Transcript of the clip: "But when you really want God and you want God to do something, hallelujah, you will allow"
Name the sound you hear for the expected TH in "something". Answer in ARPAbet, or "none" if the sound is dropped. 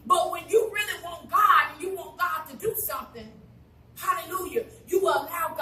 TH